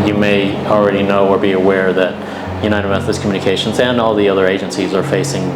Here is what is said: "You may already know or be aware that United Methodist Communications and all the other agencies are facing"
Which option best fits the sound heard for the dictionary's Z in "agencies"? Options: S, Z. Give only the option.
Z